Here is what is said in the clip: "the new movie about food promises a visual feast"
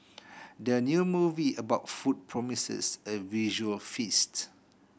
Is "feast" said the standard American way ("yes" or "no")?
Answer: yes